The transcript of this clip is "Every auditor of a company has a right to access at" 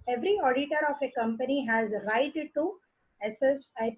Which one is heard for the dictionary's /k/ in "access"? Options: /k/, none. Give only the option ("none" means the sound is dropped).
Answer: none